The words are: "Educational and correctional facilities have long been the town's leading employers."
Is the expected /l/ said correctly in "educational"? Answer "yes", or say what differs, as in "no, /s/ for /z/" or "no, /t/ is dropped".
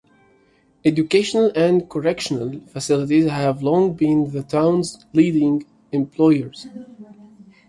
yes